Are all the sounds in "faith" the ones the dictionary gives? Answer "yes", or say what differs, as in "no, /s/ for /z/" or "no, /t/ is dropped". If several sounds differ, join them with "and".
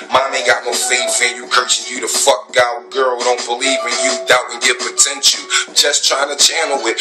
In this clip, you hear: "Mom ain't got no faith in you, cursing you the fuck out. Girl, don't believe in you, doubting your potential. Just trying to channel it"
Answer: no, /f/ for /θ/